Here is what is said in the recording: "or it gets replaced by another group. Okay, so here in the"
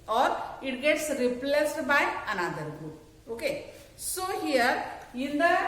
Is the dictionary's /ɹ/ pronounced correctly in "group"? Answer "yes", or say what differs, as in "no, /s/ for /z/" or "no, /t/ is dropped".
no, /ɹ/ is dropped